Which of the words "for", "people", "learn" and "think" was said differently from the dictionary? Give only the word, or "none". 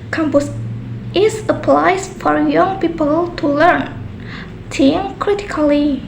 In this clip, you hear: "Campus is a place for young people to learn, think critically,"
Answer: think